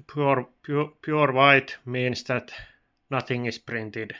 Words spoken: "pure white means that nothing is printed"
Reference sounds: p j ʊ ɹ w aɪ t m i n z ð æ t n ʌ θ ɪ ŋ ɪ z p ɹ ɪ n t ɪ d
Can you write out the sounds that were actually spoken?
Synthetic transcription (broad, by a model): p j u ɹ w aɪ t m i n s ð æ t n ʌ θ ɪ ŋ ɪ s p ɹ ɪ n t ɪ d